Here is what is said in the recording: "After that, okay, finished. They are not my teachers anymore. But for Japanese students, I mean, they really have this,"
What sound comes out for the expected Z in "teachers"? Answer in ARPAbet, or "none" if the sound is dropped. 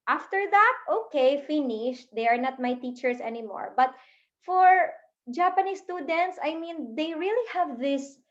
S